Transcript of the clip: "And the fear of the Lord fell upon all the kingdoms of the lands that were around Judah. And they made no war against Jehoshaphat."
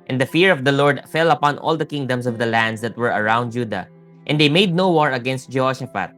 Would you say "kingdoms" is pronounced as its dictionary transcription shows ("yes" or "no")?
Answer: no